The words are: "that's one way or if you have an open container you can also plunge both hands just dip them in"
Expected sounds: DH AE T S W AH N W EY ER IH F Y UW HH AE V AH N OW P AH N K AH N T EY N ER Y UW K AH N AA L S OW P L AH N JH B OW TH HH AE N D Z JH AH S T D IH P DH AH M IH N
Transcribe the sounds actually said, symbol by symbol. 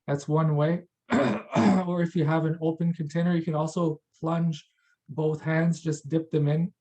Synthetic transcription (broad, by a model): DH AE T S W AH N W EY ER IH F Y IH V AH N OW P AH N K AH N T EY N ER Y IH K AH N AA L S OW P L AH N JH B OW TH HH AE N D Z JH AH S D IH P DH AH M IH N